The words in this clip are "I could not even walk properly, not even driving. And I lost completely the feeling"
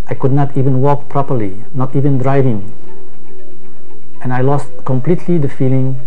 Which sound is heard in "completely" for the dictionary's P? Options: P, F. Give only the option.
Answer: P